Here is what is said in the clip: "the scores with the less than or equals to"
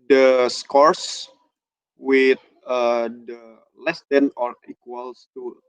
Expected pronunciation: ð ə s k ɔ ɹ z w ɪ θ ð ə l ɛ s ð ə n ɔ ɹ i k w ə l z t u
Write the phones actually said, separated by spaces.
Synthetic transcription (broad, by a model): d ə s k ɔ ɹ s w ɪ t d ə l ɛ s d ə n ɔ ɹ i k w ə l s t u